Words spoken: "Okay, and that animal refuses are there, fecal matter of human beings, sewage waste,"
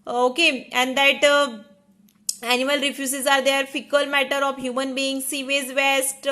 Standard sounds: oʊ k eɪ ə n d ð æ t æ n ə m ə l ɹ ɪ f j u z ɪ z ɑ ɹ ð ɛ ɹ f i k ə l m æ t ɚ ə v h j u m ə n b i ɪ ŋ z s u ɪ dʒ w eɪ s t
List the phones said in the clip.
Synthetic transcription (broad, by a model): oʊ k eɪ ə n d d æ t æ n ə m ə l ɹ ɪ f j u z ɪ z ɑ ɹ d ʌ ɹ f i k ə l m æ t ɚ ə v h j u m ə n b i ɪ ŋ s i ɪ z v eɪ s t